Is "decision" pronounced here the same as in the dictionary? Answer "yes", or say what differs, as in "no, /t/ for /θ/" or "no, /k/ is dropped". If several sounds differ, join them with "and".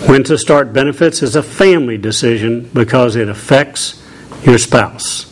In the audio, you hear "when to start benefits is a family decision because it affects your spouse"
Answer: yes